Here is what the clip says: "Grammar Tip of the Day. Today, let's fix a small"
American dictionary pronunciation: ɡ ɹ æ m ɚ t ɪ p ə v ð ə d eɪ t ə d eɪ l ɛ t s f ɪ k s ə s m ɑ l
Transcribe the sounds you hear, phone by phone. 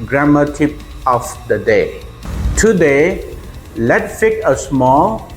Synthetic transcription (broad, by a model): ɡ ɹ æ m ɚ t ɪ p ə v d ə d eɪ t ə d eɪ l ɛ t f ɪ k ə s m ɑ l